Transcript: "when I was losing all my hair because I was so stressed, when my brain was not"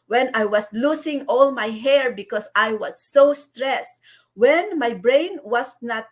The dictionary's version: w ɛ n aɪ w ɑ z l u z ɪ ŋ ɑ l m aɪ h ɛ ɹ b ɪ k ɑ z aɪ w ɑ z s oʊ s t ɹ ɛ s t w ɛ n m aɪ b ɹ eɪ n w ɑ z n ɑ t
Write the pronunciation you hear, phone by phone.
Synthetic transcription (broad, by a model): w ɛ n aɪ w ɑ s l u s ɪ ŋ ɑ l m aɪ h ɛ ɹ b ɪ k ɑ s aɪ w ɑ s oʊ s t ɹ ɛ s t w ɛ n m aɪ b ɹ eɪ n w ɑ s n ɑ t